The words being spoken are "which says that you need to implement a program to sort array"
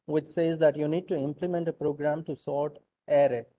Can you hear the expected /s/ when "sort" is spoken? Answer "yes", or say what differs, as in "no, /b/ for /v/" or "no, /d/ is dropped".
yes